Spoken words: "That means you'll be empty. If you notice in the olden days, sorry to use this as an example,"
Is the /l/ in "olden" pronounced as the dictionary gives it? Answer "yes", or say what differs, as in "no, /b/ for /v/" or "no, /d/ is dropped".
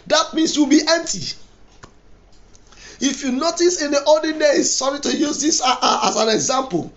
no, /l/ is dropped